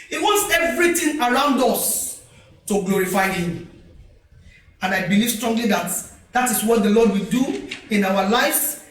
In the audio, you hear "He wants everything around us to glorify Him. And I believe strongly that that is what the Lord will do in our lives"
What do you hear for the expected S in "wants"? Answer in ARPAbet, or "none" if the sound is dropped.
S